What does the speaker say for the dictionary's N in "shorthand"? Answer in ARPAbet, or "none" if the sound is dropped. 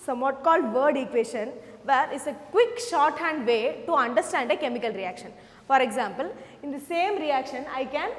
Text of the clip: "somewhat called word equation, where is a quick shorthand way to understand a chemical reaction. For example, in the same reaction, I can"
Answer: N